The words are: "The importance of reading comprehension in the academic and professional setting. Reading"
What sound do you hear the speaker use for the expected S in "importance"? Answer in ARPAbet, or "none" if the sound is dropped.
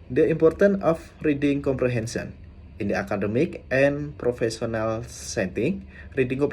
none